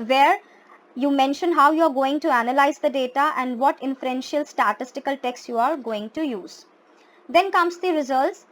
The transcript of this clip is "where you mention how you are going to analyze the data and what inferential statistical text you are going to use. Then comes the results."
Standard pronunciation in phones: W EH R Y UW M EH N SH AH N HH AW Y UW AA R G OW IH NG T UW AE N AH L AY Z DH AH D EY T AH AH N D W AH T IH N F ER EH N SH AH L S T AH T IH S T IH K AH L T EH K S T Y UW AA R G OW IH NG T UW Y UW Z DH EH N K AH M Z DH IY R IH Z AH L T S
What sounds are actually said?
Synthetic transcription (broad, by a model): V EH R Y UW M EH N SH AH N HH AW Y UW AA R G OW IH NG T UW AE N AH L AY Z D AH D EY T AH AH N D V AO T IH N F ER EH N SH AH L S T AH T IH S T IH K AH L T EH K S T Y UW AA R G OW IH NG T UW Y UW Z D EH N K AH M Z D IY R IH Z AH L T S